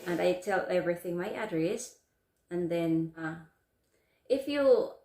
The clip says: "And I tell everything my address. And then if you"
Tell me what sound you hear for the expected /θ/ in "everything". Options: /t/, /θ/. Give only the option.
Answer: /θ/